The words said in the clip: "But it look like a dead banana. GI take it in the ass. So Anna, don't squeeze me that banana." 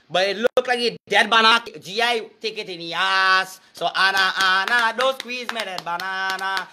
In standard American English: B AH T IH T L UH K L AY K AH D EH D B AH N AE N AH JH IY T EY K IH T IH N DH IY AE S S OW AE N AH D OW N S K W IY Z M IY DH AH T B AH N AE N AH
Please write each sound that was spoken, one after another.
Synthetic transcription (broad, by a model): B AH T IH T L UH K L AY K AH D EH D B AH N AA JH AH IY T EY K IH T IH N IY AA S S OW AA N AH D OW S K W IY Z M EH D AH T B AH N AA N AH